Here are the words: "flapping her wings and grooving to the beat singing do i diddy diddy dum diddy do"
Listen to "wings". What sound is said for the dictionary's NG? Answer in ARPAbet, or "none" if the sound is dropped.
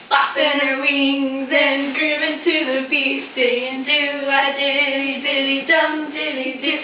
NG